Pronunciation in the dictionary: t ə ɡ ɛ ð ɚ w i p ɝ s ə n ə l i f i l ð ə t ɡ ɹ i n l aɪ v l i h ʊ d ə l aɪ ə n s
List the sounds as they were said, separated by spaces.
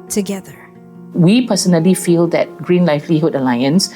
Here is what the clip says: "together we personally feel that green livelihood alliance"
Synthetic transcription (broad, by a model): t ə ɡ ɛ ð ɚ w i p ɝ s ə n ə l i f i l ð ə t ɡ ɹ i n l aɪ f l i h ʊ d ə l aɪ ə n s